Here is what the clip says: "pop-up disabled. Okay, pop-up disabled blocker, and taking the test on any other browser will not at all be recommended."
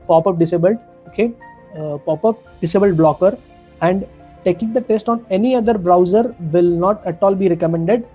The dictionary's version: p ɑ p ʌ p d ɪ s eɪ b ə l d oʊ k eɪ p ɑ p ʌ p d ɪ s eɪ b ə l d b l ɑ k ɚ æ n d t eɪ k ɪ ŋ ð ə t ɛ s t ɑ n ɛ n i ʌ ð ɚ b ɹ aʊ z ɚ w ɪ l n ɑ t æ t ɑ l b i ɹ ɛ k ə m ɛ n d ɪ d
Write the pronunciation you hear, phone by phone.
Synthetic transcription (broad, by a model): p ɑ p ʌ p d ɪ s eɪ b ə l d oʊ k eɪ p ɑ p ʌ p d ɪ s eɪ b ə l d b l ɑ k ɚ æ n d t eɪ k ɪ ŋ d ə t ɛ s t ɑ n ɛ n i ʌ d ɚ b ɹ aʊ z ɚ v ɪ l n ɑ t æ t ɑ l b i ɹ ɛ k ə m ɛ n d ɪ d